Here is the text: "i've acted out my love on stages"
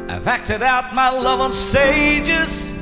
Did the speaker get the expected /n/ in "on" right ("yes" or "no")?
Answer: no